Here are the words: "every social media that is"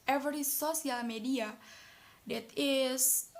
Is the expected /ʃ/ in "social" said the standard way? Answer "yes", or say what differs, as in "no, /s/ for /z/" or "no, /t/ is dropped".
no, /s/ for /ʃ/